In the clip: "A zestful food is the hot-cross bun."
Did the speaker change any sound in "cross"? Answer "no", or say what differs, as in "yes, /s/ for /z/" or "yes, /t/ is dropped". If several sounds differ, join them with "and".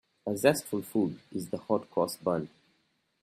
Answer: yes, /ɹ/ is dropped